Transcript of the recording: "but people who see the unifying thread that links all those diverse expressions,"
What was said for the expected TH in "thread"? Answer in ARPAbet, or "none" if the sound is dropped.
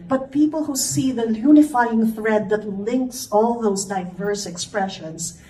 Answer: TH